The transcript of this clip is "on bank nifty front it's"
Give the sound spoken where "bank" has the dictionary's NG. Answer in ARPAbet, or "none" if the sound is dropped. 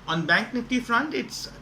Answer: NG